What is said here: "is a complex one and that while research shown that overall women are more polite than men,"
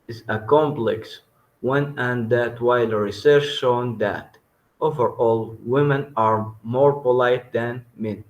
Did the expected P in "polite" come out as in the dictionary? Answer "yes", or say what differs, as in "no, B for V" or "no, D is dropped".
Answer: yes